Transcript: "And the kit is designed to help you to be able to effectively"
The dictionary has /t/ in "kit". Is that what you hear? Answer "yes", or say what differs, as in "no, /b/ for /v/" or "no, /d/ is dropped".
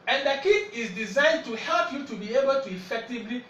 no, /t/ is dropped